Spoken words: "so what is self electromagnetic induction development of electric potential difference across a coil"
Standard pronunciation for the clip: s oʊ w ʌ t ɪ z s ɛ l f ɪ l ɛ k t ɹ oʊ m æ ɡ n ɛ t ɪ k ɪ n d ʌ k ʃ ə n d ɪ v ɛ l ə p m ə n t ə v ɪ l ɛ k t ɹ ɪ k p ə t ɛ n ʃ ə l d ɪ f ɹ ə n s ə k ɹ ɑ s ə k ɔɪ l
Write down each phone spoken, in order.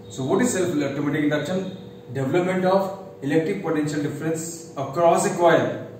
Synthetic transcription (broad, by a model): s oʊ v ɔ t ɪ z s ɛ l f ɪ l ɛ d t oʊ m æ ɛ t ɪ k ɪ n d ʌ k ʃ ə n d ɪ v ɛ l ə p m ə n t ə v ɪ l ɛ k t ɹ ɪ k p ə t ɛ n ʃ ə l d ɪ f ɹ ə n s ə k ɹ ɑ s ə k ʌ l